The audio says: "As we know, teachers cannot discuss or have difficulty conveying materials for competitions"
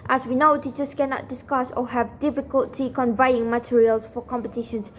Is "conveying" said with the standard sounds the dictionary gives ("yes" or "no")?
yes